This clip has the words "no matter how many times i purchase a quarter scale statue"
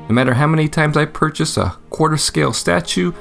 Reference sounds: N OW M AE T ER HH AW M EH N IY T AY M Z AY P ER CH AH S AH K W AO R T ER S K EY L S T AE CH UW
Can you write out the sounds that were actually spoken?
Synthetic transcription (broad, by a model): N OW M AE T ER HH AW M EH N IY T AY M Z AY P ER CH AH S AH K W AO R T ER S K EY L S T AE CH UW